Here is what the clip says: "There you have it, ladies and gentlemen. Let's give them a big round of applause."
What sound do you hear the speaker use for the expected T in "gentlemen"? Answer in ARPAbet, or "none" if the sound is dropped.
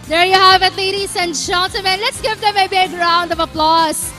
S